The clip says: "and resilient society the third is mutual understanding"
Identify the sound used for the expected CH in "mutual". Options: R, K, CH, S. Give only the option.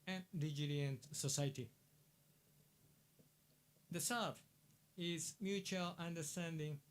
CH